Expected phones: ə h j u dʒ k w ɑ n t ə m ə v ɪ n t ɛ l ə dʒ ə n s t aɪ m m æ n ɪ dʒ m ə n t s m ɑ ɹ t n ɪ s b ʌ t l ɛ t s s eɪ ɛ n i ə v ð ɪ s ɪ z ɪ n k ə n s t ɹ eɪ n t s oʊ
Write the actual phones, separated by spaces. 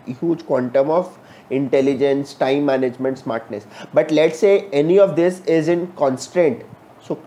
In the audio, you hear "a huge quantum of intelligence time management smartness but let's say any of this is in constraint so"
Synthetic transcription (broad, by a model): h j u dʒ k w ɑ n t ə m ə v ɪ n t ɛ l ə dʒ ə n s t aɪ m m æ n ɪ dʒ m ə n t s m ɑ ɹ t n ɪ s b ʌ t l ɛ t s s eɪ ɛ n i ə v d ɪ s ɪ z ɪ n k ə n s t ɹ eɪ n t s oʊ